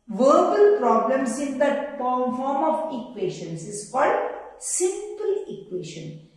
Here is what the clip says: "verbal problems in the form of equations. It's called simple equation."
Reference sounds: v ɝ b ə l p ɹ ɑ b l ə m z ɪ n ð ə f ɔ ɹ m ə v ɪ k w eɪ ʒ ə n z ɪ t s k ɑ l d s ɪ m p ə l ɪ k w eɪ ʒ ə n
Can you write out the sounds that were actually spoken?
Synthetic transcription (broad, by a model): v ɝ b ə l p ɹ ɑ b l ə m s ɪ n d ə p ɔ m m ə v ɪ k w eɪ ʃ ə n s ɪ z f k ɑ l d s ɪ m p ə l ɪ k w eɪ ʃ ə n